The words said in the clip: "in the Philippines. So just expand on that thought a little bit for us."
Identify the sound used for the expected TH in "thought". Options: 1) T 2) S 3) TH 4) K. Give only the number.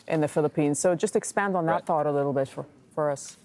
3